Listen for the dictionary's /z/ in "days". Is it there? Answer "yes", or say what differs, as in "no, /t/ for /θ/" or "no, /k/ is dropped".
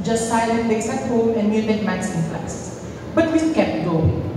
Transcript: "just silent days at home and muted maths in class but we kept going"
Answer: no, /s/ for /z/